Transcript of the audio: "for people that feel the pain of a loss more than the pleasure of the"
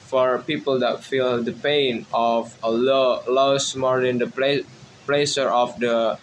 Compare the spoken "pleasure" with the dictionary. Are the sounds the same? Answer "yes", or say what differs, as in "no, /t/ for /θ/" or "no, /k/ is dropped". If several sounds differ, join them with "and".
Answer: no, /s/ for /ʒ/